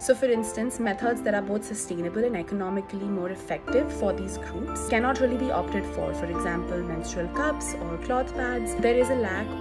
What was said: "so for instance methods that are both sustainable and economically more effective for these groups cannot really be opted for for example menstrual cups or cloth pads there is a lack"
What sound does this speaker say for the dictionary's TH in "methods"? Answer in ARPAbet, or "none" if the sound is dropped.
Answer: T